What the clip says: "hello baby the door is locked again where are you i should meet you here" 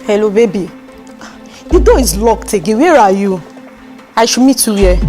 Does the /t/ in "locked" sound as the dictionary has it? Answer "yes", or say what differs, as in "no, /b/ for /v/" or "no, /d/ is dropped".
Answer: yes